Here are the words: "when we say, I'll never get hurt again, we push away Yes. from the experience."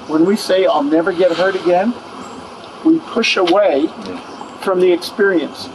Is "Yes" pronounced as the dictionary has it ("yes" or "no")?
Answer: no